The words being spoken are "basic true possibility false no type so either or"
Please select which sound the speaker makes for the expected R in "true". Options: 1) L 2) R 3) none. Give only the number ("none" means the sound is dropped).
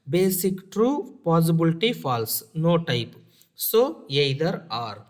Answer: 2